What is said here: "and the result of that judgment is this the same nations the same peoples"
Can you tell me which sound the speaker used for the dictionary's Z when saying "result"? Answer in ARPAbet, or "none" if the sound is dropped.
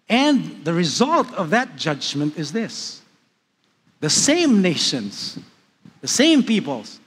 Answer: Z